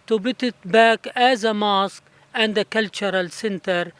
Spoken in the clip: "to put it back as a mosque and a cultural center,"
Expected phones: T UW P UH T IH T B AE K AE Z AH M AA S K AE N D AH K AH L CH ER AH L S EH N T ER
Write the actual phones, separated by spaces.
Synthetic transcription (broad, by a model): T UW B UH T IH T B AE K AE Z AH M AA S K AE N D AH K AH L CH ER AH L S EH N T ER